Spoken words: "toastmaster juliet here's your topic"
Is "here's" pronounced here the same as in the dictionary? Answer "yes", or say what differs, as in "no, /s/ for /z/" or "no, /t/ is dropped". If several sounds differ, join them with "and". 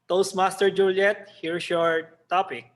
no, /s/ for /z/